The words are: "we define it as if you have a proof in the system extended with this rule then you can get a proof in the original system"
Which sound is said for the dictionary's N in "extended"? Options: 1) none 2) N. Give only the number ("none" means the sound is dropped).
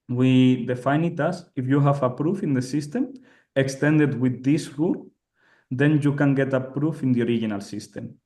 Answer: 2